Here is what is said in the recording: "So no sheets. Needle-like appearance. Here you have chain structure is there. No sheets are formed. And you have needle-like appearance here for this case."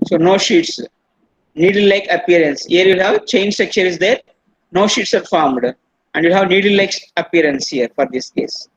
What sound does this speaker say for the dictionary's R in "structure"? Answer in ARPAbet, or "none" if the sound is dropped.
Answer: none